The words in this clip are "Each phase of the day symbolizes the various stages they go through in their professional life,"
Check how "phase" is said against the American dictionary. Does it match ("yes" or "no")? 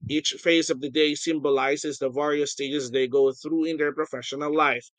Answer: yes